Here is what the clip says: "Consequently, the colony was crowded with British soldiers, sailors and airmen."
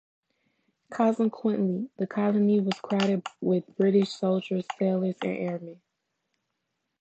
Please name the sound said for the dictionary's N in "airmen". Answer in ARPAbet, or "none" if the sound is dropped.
none